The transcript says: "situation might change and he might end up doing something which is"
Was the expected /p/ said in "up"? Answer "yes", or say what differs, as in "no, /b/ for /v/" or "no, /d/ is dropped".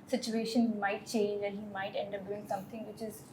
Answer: no, /b/ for /p/